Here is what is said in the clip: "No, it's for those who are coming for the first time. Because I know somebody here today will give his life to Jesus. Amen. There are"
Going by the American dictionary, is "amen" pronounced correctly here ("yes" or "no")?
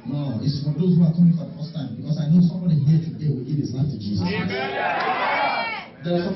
no